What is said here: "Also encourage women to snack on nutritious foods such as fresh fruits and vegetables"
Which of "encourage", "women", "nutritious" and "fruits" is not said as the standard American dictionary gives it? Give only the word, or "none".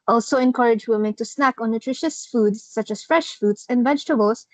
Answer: fruits